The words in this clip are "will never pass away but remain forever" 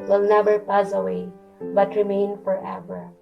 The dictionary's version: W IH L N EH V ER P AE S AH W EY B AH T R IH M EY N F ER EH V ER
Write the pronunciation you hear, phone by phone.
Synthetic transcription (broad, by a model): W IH L N EH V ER P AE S AH W EY B AH T R IH M EY N F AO EH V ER